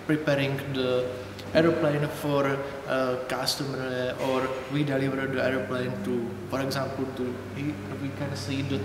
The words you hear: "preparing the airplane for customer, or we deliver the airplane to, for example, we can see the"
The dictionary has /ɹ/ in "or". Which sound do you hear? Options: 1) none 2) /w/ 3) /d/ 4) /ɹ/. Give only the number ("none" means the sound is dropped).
4